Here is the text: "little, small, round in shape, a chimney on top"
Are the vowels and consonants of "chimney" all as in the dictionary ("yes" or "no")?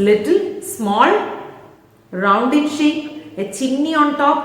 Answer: no